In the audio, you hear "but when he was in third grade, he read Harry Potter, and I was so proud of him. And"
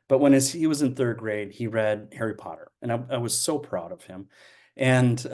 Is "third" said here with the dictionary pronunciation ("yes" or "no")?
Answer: yes